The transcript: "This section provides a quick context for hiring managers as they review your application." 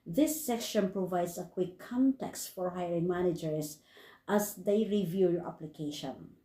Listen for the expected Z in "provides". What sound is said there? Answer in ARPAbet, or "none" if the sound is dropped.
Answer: S